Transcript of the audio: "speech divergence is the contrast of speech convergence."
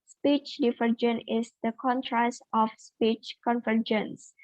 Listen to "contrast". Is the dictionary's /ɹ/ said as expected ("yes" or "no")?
yes